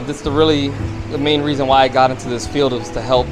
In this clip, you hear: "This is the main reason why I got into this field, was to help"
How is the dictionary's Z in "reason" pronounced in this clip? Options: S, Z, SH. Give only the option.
Z